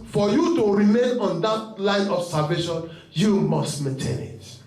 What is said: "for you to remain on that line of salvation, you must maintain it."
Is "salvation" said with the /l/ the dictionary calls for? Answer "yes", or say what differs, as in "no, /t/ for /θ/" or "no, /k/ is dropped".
no, /l/ is dropped